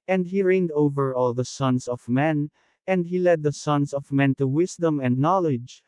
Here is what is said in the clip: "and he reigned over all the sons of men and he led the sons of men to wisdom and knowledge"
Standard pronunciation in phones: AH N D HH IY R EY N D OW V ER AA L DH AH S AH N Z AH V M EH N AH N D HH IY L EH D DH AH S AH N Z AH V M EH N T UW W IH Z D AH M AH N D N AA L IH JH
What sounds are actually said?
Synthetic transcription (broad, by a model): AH N D HH IY R EY N D OW V ER AA L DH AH S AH N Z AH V M EH N AH N D HH IY L EH D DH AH S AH N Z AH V M EH N T UW W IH S D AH M AH N D N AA L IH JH